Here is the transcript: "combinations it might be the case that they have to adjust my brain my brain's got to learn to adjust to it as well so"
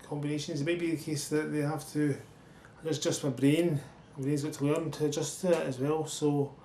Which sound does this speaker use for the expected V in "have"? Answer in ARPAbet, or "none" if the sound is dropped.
F